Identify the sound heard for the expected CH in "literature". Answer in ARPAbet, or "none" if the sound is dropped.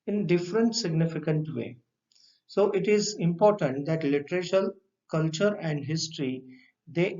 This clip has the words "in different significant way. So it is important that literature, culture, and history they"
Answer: SH